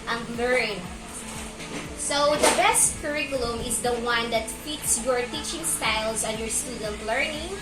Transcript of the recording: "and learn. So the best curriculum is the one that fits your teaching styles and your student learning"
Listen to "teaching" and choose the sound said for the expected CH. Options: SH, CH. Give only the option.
CH